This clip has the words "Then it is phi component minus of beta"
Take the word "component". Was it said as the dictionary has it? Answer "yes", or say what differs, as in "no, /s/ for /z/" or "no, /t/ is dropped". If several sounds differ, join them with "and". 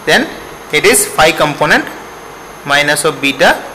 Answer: yes